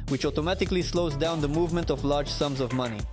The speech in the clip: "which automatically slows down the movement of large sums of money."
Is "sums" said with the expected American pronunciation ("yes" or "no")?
yes